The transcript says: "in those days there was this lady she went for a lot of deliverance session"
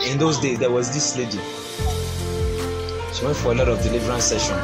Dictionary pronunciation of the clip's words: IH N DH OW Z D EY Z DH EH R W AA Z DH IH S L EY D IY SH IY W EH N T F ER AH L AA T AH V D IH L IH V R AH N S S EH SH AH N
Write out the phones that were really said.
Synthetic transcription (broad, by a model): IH N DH OW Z D EY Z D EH W AA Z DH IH S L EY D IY SH IY W EH N T F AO AH L AA T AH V D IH L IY V R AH N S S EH SH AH N